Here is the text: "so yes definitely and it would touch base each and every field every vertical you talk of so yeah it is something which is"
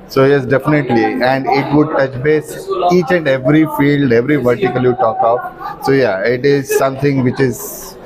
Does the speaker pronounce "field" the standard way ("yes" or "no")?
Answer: yes